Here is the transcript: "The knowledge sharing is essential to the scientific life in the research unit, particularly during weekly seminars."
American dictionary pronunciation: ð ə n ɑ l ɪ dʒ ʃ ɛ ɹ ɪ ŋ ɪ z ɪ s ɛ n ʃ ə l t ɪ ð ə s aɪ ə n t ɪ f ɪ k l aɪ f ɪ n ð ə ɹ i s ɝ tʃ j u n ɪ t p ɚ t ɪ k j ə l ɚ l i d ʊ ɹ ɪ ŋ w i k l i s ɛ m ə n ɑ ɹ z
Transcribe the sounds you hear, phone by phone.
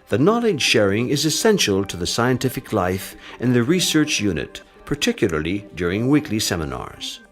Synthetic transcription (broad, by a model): ð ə n ɑ l ɪ dʒ ʃ ɛ ɹ ɪ ŋ ɪ z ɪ s ɛ n ʃ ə l t ɪ ð ə s aɪ ə n t ɪ f ɪ k l aɪ f ɪ n ð ə ɹ i s ɝ tʃ j u n ɪ t p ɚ t ɪ k j l ɚ l i d ʊ ɹ ɪ ŋ w i k l i s ɛ m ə n ɑ ɹ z